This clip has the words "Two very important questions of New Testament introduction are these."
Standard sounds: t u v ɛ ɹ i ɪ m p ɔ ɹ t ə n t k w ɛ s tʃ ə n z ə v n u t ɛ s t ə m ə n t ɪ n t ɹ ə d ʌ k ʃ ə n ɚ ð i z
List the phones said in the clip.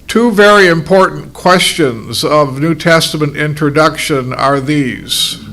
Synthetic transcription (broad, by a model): t u v ɛ ɹ i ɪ m p ɔ ɹ t n k w ɛ s tʃ ə n z ə v n u t ɛ s t ə m ə n t ɪ n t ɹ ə d ʌ k ʃ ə n ɚ ð i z